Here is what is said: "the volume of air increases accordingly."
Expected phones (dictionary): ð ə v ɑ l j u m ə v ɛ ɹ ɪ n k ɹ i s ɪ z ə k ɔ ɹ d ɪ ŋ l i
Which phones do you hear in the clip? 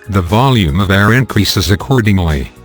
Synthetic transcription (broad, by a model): ð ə v ɑ l j u m ə v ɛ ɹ ɪ n k ɹ i s ɪ z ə k ɔ ɹ d ɪ ŋ l i